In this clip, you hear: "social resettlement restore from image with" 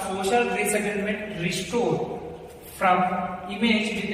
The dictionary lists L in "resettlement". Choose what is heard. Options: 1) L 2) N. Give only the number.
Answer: 2